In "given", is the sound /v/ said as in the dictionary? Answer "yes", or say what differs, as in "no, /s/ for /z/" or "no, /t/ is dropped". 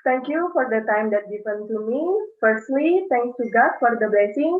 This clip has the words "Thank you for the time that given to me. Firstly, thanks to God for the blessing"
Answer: no, /p/ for /v/